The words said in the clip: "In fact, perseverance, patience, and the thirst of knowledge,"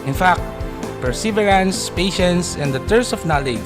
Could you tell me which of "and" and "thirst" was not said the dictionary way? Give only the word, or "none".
thirst